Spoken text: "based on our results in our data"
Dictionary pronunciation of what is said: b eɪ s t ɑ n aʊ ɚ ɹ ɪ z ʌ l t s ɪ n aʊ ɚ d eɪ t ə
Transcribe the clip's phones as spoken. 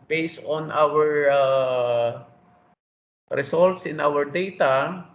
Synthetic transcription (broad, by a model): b eɪ s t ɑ n aʊ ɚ ɹ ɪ s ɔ l t s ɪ n aʊ ɚ d eɪ t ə